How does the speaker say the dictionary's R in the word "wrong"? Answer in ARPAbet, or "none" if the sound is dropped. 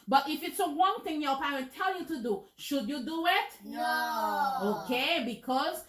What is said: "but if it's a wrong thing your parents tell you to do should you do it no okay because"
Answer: W